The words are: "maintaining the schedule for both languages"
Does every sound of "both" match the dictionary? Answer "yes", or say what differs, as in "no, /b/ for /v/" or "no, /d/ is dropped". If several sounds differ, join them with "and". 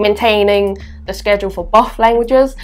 no, /f/ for /θ/